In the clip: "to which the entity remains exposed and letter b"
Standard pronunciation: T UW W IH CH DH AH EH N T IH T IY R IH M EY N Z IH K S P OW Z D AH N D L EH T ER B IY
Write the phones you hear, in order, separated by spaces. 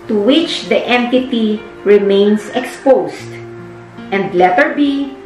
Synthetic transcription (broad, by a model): T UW W IH CH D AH EH N T IH T IY R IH M EY N S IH K S P OW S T AH N D L EH T ER B IY